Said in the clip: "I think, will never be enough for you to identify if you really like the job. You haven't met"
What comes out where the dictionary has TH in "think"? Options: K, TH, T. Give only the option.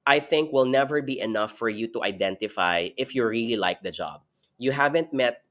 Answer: TH